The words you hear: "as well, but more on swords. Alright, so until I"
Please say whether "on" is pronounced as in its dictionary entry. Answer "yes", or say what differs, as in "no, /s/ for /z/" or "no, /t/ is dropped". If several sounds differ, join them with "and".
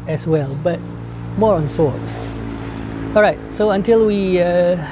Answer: yes